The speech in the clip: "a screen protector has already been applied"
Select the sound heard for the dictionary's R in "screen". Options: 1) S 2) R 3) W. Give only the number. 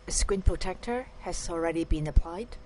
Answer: 3